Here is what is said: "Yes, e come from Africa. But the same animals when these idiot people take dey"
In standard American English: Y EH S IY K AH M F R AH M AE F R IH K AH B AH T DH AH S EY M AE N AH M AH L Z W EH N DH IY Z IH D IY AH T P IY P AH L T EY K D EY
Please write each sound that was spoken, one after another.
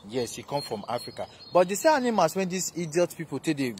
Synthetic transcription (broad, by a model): Y EH S IY K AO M F R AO M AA F R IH K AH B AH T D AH S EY AA N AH M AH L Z W EH N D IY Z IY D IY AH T P IY P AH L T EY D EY